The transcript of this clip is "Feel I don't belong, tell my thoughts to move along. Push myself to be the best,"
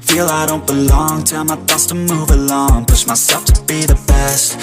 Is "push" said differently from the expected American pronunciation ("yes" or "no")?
yes